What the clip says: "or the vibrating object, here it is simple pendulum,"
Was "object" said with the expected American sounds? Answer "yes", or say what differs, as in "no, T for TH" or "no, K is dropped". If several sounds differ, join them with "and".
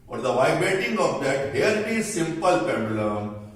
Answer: no, K is dropped